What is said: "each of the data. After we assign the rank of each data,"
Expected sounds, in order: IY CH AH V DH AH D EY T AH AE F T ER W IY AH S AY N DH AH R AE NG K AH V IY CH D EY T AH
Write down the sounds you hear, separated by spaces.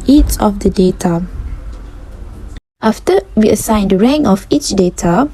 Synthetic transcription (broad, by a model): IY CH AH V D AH D EY T AH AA F T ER W IY AH S AY N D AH R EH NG AH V IY CH D EY T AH